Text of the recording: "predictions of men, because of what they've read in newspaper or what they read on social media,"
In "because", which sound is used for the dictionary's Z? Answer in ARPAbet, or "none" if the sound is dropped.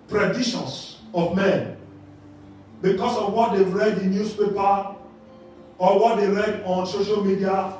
S